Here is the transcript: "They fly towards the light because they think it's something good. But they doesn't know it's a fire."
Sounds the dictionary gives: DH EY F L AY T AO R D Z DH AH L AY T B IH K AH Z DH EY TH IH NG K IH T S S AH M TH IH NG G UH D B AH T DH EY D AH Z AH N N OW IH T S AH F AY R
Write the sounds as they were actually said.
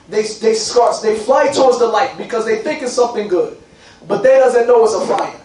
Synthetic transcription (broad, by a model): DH EY F L AY T AO R D Z DH AH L AY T B IH K AH Z DH EY TH IH NG K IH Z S S AH M TH IH NG G UH D B AH T DH EY D AH Z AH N N OW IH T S AH F AY